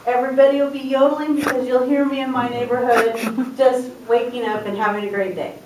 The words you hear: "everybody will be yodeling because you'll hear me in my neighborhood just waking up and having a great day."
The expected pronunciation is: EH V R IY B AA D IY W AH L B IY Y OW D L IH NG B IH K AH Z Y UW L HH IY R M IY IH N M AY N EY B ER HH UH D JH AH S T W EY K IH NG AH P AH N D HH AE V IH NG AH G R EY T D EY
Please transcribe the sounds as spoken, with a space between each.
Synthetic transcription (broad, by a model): EH V R IY B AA D IY W AH L B IY Y OW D L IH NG B IH K AH Z Y UW L HH IY R M IY IH N M AY N EY B ER HH UH D JH AH S T W EY K IH NG AH P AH N HH AE V IH NG AH G R EY T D EY